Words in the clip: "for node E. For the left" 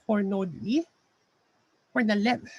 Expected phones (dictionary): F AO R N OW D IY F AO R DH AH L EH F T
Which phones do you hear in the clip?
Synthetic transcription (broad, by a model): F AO R N OW D IY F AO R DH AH L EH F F